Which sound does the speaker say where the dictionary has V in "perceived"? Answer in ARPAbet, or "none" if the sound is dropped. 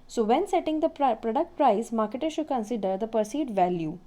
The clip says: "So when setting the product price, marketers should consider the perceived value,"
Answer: none